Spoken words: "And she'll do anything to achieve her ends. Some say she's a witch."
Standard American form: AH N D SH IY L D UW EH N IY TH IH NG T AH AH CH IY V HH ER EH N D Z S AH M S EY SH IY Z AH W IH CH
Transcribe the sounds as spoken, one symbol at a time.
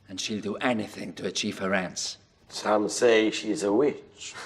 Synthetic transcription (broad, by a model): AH N SH IY L D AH EH N IY TH IH NG T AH AH CH IY V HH ER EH N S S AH M S EY SH IY Z AH W IH CH